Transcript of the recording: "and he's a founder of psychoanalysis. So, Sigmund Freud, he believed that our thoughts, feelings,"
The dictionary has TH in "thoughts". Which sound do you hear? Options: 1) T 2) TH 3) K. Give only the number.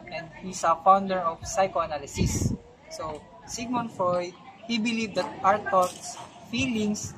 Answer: 1